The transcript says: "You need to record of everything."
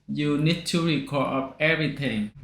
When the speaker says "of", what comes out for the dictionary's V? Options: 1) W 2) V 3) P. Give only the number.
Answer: 3